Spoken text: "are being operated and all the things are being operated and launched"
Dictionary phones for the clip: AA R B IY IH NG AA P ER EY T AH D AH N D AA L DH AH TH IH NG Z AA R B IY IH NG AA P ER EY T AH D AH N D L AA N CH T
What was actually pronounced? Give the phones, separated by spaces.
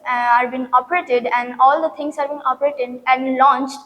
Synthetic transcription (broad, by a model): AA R B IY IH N AA P ER EY T AH D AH N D AA L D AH T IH NG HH AA R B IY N AA P ER EY T AH D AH N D L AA N CH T